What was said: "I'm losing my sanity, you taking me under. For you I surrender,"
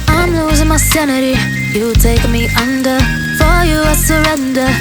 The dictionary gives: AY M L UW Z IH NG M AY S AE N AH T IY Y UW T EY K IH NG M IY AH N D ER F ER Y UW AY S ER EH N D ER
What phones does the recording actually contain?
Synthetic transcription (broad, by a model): AY M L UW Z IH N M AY S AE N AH T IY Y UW T EY IH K M IY AH N D ER F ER Y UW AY S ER EH N D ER